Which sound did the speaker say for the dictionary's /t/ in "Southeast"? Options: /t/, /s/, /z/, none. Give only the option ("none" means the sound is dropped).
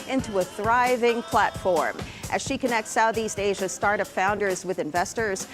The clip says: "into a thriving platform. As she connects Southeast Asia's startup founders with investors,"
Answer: /t/